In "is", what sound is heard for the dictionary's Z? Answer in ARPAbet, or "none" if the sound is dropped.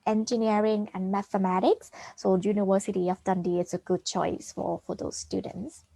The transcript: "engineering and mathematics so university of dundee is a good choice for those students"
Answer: S